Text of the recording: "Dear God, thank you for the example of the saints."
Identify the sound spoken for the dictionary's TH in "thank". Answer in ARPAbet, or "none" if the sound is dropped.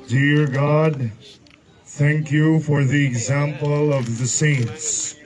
TH